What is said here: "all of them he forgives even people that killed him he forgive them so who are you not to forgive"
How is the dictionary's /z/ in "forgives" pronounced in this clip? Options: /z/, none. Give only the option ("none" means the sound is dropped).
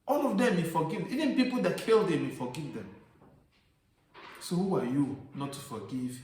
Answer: none